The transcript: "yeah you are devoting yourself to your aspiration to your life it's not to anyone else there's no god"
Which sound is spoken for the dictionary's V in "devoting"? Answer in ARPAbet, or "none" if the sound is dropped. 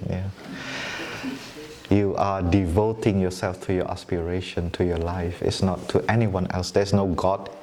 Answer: V